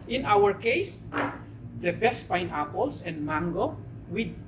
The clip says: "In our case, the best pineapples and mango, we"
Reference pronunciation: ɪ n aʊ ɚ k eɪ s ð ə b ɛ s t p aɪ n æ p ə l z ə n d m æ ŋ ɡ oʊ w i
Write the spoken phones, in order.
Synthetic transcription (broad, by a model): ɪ n aʊ ɚ k eɪ s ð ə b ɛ s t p aɪ n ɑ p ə l s ə n d m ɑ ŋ ɡ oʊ w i